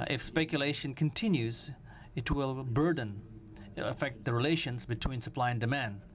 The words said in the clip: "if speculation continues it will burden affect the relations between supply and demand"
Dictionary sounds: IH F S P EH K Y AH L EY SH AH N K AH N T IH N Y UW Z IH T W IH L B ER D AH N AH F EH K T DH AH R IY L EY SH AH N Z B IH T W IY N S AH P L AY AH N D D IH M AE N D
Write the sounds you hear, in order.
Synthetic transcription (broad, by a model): IH F S P EH K Y AH L EY SH AH N K AH N T IH N Y UW Z IH T W IH L B ER D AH N AH F EH K T DH AH R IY L EY SH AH N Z B IH T W IY N S AH P L AY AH N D D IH M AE N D